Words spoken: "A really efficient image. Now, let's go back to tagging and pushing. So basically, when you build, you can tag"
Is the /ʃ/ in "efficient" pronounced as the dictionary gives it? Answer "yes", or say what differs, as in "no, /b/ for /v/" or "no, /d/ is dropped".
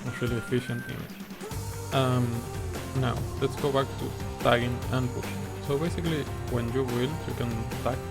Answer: yes